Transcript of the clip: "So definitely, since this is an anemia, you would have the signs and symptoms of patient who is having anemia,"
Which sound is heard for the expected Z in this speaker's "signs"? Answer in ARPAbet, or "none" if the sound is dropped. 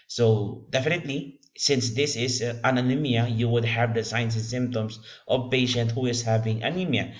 S